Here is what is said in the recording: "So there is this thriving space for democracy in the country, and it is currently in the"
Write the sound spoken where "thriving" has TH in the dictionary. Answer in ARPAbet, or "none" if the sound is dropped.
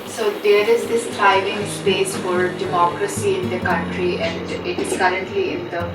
T